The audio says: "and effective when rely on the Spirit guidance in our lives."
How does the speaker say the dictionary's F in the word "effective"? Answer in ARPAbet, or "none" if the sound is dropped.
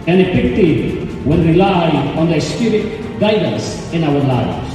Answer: P